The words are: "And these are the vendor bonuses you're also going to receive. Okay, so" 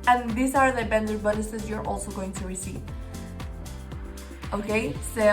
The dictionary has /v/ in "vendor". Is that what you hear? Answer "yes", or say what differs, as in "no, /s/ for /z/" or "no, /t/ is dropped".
no, /b/ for /v/